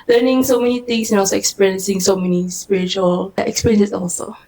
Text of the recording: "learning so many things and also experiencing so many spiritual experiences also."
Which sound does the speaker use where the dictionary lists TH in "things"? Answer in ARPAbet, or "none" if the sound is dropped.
T